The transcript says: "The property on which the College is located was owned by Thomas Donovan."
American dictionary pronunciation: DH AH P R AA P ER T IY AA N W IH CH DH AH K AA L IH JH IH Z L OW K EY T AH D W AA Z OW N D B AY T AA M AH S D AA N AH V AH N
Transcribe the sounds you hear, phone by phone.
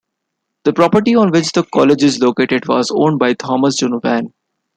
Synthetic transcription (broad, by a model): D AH P R AA P ER T IY AA N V IH CH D AH K AA L IH JH IH Z L OW K EY T AH D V AA Z OW N D B AY T AA M AH S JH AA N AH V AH N